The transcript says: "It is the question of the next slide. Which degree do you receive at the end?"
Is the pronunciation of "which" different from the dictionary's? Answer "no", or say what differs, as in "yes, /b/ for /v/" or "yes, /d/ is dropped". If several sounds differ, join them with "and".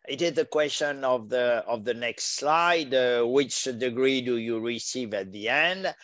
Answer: no